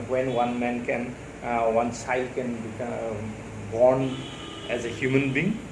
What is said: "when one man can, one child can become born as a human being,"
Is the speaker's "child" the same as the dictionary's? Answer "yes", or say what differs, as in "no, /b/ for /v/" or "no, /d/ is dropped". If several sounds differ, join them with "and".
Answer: no, /s/ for /tʃ/